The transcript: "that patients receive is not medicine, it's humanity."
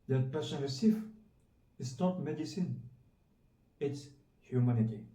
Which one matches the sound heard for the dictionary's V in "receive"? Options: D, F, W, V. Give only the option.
F